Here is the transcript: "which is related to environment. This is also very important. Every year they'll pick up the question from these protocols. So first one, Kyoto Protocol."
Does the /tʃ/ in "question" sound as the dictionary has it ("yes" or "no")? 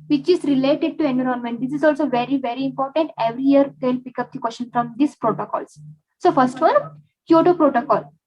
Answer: no